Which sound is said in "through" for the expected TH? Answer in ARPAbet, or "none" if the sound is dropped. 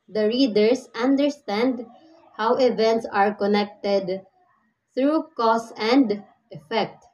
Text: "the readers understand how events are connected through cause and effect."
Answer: T